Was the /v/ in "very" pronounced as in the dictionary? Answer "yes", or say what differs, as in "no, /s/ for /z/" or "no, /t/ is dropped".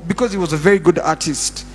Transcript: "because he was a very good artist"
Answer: yes